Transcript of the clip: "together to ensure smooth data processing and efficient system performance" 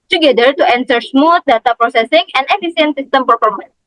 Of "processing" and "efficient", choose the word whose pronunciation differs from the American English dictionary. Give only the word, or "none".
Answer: efficient